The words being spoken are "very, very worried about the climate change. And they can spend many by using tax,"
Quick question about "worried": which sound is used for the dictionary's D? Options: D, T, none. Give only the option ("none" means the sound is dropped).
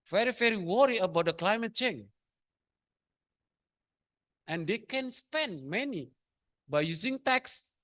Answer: none